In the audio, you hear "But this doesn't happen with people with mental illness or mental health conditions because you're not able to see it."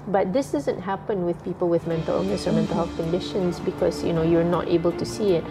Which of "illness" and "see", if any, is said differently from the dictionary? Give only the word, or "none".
illness